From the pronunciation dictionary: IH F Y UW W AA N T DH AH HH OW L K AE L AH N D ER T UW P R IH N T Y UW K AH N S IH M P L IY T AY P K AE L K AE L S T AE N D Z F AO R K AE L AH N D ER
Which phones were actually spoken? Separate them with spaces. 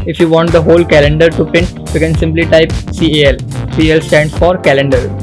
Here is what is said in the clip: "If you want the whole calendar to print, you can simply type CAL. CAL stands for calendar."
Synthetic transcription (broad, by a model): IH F Y UW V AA N T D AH HH OW L K AE L AH N D ER T UW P IH N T Y UW K AH N S IH M P L IY T AY P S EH L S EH L S T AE N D S F AO R K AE L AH N D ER